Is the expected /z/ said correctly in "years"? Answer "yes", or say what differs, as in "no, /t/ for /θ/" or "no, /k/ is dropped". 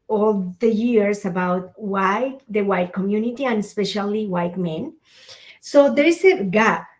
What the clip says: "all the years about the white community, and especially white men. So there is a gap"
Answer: no, /s/ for /z/